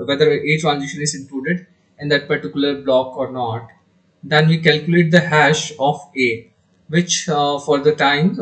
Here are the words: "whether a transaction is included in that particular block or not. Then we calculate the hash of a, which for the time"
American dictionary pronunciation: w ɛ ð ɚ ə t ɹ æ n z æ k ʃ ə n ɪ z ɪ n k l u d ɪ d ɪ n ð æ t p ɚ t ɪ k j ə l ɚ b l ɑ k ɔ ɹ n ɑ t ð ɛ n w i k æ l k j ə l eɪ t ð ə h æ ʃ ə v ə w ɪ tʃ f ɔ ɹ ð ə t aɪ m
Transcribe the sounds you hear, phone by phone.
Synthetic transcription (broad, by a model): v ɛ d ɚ ə t ɹ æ n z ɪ ʃ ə n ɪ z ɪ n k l u d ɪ d ɪ n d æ t p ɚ t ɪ k j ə l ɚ b l ɑ k ɔ ɹ n ɑ t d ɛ n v i k æ l k j ə l eɪ t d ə h æ ʃ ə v ə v ɪ tʃ f ɔ ɹ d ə t aɪ m